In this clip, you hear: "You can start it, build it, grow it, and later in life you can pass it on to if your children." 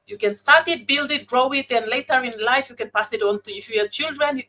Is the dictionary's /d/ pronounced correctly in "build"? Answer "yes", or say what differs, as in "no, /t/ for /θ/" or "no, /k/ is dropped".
yes